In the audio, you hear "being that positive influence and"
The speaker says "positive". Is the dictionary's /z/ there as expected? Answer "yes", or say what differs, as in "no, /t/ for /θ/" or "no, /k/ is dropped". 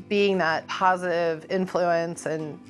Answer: yes